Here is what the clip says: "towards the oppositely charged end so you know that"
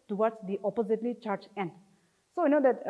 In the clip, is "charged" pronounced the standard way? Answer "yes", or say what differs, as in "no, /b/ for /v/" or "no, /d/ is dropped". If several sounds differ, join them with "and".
no, /d/ is dropped